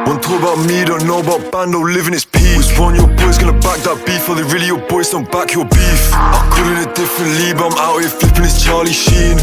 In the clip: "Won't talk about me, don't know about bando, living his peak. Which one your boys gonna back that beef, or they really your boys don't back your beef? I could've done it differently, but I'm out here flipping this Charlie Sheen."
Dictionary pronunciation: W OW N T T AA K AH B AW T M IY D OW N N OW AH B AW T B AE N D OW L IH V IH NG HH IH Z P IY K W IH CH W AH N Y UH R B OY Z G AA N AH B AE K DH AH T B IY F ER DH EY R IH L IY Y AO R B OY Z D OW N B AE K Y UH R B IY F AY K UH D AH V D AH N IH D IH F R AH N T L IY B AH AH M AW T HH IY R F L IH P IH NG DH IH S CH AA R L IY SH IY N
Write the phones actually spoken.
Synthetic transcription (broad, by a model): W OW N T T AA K AH B AW T M IY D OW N N OW AH B AW T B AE N D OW L IH V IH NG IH S P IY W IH S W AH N Y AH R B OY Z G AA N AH B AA K DH AH T B IY F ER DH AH R IH L IY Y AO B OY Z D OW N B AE K Y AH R B IY F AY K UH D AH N IH D IH F R AH N T L IY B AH AH M AW T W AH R F L IH P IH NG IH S CH AA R L IY SH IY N